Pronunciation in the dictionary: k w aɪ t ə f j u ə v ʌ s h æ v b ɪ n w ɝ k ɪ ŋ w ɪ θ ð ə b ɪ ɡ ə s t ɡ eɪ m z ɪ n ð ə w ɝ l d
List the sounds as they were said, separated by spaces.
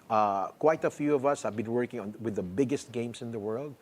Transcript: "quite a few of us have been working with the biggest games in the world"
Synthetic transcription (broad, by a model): k w aɪ t ə f j u ə v ʌ s h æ v b ɪ n w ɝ k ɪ ŋ w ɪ ð ə b ɪ ɡ ə s t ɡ eɪ m s ɪ n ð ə w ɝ l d